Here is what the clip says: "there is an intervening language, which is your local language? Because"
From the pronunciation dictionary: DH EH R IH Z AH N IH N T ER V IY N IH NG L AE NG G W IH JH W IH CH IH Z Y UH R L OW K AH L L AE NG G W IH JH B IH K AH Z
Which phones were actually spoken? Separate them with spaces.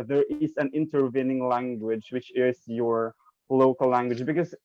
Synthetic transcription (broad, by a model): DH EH R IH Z AH N IH N T ER V IY N IH NG L AE NG G W IH JH W IH CH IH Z Y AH R L OW K AH L L AE NG G W IH JH B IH K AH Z